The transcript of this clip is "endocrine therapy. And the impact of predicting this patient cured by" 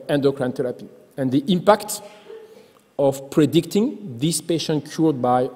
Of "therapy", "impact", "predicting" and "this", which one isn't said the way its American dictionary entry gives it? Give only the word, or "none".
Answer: therapy